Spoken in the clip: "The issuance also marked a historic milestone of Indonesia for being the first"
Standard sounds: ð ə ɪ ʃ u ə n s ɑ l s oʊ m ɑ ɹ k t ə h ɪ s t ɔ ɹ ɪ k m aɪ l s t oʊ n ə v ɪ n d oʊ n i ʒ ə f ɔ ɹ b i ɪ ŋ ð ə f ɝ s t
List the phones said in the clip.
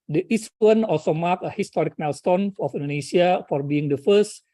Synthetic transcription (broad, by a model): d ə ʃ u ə n ɑ l s oʊ m ɑ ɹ k ə h ɪ s t ɔ ɹ ɪ k m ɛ l s t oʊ n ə f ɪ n d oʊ n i s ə f ɔ ɹ b i ɪ ŋ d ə f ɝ s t